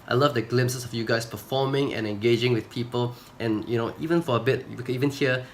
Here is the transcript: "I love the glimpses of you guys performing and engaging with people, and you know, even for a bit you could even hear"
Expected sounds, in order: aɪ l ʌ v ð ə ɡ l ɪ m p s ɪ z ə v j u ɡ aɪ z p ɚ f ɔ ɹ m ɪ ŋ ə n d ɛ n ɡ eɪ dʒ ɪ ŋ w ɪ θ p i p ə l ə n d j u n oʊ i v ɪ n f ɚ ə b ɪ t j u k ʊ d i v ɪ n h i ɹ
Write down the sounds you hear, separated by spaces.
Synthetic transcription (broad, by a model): aɪ l ʌ v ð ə ɡ l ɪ m s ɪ s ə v j u ɡ aɪ s p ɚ f ɔ m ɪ ŋ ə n ɛ n ɡ eɪ dʒ ɪ ŋ w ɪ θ p i p ə l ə n j u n oʊ i v ɪ n f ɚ ə b ɪ t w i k i v ɪ n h i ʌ